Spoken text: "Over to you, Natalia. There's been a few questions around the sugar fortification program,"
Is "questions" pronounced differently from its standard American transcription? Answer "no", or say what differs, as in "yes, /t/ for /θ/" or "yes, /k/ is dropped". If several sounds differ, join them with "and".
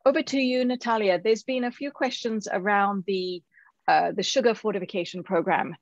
no